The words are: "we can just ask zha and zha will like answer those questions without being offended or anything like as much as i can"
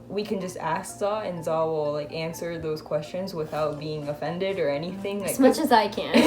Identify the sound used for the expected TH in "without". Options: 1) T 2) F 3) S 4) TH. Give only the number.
4